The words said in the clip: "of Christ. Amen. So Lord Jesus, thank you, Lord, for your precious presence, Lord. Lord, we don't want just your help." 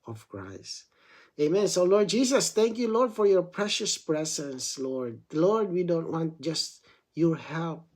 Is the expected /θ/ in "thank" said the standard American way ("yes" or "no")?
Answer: no